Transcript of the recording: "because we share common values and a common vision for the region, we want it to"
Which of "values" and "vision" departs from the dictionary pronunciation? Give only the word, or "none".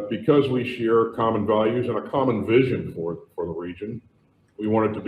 none